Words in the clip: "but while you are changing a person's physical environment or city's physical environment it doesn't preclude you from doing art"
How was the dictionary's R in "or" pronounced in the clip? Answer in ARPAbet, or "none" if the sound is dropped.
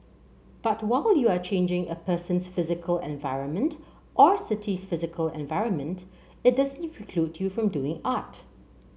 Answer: R